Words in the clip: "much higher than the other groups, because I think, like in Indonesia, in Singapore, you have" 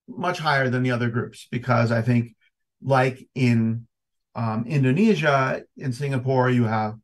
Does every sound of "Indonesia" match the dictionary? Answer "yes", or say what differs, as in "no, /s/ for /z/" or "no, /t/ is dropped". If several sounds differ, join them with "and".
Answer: yes